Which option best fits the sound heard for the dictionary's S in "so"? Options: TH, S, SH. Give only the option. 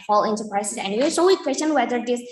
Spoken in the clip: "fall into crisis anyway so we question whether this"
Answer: SH